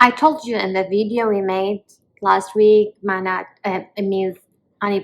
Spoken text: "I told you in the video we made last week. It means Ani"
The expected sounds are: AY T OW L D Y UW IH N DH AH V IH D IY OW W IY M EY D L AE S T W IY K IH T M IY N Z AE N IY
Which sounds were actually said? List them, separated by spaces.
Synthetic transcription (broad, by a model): AY T OW L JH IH IH N DH AH V IH D IY OW W IY M EY D L AE S T W IY K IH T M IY Z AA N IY